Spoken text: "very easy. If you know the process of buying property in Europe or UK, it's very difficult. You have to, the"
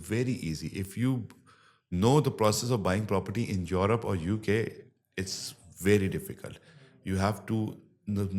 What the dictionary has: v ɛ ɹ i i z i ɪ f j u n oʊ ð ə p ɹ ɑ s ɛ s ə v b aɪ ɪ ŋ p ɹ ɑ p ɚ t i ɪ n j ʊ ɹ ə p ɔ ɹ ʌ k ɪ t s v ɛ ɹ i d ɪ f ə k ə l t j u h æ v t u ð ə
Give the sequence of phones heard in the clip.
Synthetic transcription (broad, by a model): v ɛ ɹ i i z i ɪ f j u n oʊ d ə p ɹ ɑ s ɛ s ə v b aɪ ɪ ŋ p ɹ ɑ p ɚ t i ɪ n j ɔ ɹ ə p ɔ ɹ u k ɪ t s v ɛ ɹ i d ɪ f ə k ə l t j u h æ v t u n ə